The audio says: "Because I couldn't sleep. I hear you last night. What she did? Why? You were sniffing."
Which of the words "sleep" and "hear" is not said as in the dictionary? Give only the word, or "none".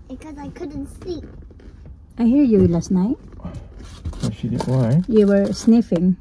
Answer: sleep